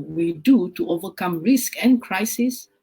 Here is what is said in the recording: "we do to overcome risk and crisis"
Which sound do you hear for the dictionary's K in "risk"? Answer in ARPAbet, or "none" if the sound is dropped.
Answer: K